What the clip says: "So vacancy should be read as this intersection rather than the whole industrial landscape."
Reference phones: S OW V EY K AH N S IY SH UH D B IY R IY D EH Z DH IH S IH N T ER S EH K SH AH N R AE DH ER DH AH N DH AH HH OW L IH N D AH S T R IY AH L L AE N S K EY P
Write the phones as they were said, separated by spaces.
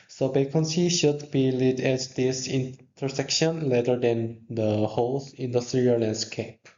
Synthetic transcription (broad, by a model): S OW B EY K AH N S IY SH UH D B IY L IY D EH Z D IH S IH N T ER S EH K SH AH N L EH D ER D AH N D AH HH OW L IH N D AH S T R IY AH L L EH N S K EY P